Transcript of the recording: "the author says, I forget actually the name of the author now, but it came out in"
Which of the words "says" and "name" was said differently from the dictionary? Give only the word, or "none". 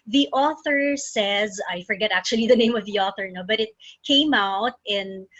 none